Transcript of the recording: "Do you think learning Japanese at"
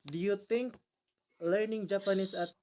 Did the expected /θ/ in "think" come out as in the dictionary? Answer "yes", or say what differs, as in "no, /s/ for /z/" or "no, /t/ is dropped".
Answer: no, /t/ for /θ/